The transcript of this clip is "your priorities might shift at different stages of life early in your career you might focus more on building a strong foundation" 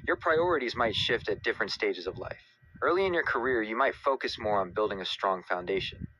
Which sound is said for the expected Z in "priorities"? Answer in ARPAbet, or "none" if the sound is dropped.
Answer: Z